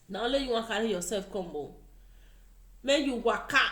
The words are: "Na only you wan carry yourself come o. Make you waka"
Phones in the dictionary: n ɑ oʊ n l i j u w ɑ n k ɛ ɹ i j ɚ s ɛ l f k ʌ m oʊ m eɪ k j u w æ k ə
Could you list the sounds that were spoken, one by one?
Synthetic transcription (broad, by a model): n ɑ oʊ l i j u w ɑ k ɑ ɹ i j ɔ s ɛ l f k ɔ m oʊ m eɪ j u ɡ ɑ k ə